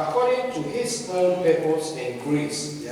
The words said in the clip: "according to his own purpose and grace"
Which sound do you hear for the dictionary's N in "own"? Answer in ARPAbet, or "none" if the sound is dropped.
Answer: L